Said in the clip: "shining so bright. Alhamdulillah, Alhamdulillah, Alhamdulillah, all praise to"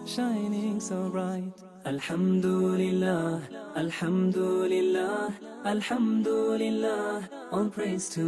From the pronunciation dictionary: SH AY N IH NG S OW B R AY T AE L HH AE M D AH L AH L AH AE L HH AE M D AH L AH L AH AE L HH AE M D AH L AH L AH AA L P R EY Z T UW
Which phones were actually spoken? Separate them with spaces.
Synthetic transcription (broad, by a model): SH AY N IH NG S OW B R AY T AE L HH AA M D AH L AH L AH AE L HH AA M D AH L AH L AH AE L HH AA M D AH L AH L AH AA N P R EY S T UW